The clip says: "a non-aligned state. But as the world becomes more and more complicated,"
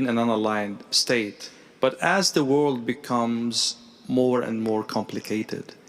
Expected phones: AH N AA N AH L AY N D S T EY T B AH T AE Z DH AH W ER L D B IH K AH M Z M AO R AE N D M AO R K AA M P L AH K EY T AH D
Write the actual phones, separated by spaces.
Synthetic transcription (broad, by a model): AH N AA N AH L AY N D S T EY T B AH T AE Z DH AH W ER L D B IH K AH M Z M AO R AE N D M AO R K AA M P L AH K EY T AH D